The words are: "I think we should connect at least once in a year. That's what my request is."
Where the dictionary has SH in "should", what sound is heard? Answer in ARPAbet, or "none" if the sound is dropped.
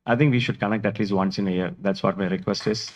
SH